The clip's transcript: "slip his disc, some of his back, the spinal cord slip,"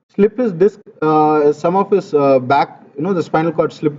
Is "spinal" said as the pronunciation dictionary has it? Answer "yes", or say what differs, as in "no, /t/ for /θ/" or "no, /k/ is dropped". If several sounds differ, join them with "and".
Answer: no, /f/ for /p/